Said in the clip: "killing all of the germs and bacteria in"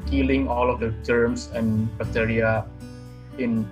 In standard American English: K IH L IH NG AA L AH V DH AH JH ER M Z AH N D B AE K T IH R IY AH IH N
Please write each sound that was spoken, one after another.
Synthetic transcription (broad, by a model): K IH L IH NG AA L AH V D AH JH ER M S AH N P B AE T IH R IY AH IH N